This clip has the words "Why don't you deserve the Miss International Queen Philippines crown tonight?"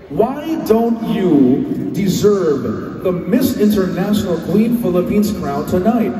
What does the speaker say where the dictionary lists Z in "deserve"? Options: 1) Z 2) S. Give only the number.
1